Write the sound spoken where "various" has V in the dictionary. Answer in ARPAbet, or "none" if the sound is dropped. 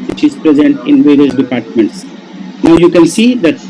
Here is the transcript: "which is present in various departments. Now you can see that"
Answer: V